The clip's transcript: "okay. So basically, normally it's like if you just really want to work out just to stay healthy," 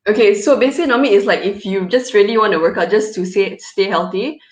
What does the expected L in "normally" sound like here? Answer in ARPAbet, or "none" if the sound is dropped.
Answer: none